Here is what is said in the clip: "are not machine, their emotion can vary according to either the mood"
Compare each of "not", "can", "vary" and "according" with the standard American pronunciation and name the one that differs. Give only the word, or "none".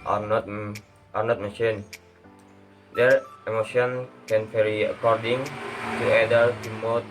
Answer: vary